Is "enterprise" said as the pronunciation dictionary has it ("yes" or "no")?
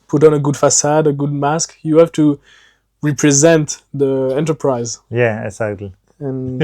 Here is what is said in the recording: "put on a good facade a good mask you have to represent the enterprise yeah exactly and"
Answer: yes